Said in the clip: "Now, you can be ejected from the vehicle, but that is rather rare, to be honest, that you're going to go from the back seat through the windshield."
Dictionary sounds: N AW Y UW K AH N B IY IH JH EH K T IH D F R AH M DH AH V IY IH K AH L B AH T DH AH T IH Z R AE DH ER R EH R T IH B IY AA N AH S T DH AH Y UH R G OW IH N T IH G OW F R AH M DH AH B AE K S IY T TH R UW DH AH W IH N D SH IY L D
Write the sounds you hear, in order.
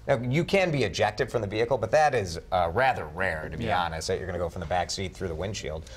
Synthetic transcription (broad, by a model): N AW Y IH K AH N B IY IH JH EH K T IH D F R AH M DH AH V IY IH K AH L B AH T DH AH T IH Z R AE DH ER R EH R T IH B IY AA N AH S T DH AH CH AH R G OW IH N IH G OW F R AH M DH AH B AE K S IY T TH R UW DH AH W IH N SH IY L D